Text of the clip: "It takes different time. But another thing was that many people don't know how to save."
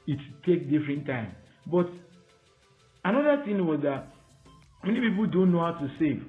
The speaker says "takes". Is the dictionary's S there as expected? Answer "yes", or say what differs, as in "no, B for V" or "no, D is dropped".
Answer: no, S is dropped